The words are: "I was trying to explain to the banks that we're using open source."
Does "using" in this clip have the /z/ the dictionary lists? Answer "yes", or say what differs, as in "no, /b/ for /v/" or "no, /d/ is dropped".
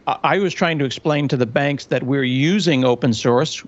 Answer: yes